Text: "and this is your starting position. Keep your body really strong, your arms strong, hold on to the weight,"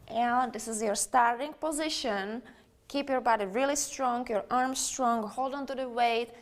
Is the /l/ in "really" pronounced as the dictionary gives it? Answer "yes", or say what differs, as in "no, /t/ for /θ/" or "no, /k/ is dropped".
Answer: yes